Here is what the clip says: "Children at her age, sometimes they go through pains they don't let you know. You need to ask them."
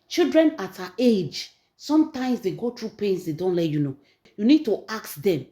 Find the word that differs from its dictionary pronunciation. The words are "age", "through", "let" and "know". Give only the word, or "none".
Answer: through